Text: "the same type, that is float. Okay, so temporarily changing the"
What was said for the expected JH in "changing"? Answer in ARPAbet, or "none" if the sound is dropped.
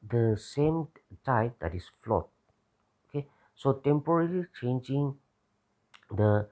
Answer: JH